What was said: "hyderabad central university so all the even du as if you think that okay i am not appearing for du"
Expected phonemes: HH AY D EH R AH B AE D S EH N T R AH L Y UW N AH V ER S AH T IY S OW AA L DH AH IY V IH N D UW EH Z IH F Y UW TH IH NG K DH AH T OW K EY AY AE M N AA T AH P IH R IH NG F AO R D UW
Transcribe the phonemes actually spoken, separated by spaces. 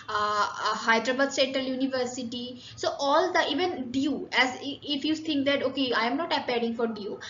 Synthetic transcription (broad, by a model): HH AY D R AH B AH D S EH N T AH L Y UW N AH V ER S AH T IY S OW AA L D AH IY V IH N D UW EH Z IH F Y UW T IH NG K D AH T OW K EY AY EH M N AA T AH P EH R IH NG F AO R D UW